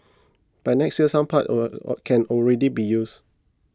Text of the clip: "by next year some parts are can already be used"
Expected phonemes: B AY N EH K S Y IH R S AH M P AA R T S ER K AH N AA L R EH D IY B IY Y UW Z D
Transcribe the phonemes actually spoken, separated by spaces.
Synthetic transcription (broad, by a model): B AY N EH K S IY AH S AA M P AA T AO K AH N AA L R EH D IY B IY Y UW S